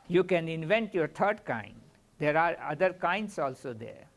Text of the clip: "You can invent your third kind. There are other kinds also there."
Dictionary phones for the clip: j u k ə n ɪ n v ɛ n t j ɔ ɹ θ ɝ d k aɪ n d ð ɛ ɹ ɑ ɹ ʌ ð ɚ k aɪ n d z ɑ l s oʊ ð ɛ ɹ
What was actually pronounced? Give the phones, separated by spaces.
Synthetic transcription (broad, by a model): j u k ə n ɪ n v ɛ n t j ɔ ɹ t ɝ d k aɪ n d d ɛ ɹ ɑ ɹ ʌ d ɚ k aɪ n d s ɑ l s oʊ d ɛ ɹ